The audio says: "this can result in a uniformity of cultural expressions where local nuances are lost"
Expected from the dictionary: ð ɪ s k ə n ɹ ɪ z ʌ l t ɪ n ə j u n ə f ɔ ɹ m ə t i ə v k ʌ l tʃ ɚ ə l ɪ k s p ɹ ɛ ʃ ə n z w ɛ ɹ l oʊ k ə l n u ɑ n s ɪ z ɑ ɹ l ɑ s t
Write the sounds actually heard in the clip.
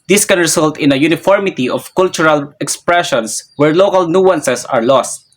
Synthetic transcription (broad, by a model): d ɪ s k ə n ɹ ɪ s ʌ l t ɪ n ə j u n ə f ɔ ɹ m ə t i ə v k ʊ l tʃ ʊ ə l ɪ k s p ɹ ɛ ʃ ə n s w ɛ ɹ l oʊ k ə l n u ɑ n s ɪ s ɑ ɹ l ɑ s t